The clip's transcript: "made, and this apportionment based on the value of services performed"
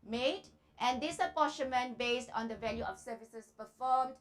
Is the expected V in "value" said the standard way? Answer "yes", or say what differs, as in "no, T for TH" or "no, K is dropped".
yes